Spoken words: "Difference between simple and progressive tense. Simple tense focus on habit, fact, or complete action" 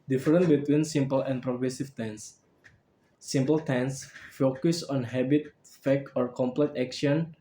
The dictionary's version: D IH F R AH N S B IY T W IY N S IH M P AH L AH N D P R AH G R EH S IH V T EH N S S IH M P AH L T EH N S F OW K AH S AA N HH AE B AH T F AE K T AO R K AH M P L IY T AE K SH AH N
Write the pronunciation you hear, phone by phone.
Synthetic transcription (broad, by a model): D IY F R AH N B IY T W IY N S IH M P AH L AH N P R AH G R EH S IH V T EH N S S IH M P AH L T EH N S F OW K AH S AA N HH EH B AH T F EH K AO R K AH M P L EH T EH K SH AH N